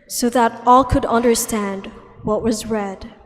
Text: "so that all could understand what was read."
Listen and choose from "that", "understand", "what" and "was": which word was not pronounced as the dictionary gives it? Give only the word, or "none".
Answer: none